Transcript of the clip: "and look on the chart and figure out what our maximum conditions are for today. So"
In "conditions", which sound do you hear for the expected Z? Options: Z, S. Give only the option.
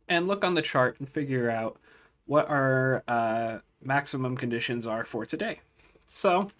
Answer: Z